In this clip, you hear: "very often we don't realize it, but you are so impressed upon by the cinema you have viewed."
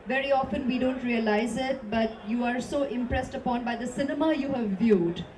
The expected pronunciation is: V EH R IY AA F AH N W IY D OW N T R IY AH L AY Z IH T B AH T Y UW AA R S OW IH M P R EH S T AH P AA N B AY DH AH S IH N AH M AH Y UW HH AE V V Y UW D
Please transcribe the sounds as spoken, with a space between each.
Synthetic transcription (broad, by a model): V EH R IY AA F AH N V IY D OW N T R IY AH L AY Z IH T B AH T Y UW AA R S OW IH M P R EH S T AH P AA N B AY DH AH S IH N AH M AH Y UW HH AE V V Y UW D